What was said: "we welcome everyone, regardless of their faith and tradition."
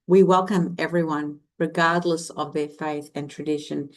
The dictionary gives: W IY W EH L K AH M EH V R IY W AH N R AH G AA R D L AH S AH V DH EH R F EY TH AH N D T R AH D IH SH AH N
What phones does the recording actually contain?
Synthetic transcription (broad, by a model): W IY W EH L K AH M EH V R IY W AH N R AH G AA R D L AH S AH V DH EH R F EY TH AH N T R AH D IH SH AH N